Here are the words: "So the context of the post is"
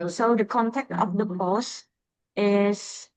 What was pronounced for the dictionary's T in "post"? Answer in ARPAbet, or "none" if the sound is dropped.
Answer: none